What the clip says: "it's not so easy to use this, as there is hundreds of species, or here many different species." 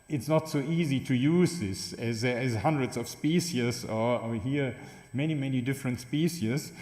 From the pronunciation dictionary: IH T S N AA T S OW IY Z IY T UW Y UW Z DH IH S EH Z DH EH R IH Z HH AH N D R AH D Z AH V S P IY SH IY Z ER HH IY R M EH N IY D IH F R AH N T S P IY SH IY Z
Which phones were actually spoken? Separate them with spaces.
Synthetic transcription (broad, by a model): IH T S N AA T S OW IY Z IY T UW Y UW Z DH IH S EH Z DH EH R IH Z HH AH N D R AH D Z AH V S P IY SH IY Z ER HH IY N M EH N IY D IH F R AH N T S P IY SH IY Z